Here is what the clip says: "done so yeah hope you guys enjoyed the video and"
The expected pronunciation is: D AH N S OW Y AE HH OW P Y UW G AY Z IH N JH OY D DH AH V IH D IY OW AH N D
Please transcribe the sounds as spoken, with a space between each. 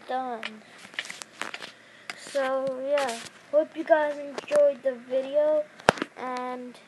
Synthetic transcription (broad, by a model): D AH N S OW Y AE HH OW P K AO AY IH N JH OY D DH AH V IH D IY OW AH N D